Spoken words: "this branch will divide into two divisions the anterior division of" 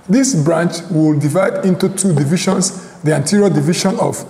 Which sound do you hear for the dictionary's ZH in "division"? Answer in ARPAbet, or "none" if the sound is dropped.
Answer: SH